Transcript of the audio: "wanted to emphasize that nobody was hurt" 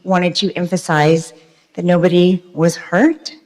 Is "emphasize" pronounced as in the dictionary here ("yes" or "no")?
yes